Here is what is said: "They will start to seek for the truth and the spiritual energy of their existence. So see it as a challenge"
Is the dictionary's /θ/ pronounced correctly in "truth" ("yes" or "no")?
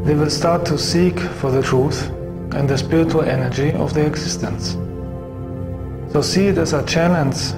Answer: yes